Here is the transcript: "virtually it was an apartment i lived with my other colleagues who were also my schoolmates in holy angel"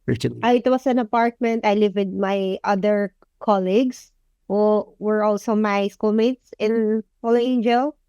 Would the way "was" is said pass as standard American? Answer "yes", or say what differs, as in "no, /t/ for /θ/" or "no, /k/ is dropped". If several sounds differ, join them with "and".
no, /s/ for /z/